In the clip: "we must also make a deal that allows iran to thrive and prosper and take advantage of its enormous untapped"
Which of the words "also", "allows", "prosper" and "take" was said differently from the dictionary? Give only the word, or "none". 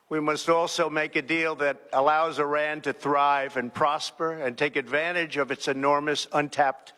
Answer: none